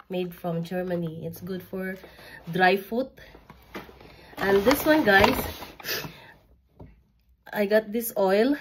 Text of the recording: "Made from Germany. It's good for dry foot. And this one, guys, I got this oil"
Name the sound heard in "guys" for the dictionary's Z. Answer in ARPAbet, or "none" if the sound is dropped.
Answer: S